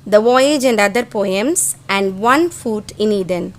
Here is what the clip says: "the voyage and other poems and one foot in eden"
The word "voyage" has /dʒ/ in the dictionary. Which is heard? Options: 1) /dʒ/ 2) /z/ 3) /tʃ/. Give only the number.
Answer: 1